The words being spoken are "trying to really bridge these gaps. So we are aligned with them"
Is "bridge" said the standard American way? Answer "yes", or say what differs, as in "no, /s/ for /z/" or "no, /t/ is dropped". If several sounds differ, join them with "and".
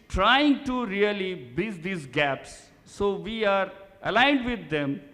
no, /ɹ/ is dropped